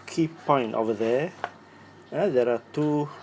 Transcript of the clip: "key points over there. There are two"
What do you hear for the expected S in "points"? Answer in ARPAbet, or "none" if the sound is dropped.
none